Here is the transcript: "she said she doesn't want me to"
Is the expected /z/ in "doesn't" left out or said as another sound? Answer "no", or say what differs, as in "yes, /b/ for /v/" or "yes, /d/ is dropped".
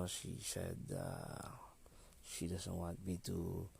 yes, /s/ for /z/